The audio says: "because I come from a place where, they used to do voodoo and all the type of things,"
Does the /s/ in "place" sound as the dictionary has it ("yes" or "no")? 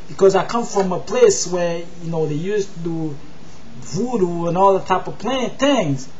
yes